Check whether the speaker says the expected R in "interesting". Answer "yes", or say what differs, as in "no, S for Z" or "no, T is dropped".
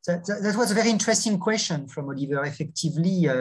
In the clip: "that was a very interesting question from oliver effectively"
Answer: yes